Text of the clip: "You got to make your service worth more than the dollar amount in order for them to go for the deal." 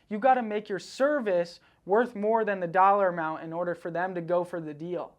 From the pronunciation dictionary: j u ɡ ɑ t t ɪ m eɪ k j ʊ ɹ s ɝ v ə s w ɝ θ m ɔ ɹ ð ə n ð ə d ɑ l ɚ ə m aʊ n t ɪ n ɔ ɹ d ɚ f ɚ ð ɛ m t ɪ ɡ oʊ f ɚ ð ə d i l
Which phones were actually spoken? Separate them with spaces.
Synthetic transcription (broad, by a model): j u ɡ ɑ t t ɪ m eɪ k j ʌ ɹ s ɝ v ə s w ɝ θ m ɔ ɹ ð ə n ð ə d ɑ l ɚ ə m aʊ n t ɪ n ɔ ɹ d ɚ f ɚ ð ɛ m t ɪ ɡ oʊ f ɚ ð ə d i l